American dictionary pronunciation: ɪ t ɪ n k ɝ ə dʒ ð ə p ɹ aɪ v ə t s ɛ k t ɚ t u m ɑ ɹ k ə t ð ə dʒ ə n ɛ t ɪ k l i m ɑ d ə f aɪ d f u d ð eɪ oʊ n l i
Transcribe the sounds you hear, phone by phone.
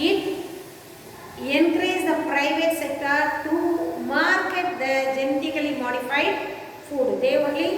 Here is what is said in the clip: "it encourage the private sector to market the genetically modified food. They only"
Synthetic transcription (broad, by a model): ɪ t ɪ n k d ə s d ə p ɹ aɪ v ə t s ɛ k t ɚ t u m ɑ ɹ k ə t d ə dʒ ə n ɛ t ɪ k l i m ɑ d ə f aɪ d f u d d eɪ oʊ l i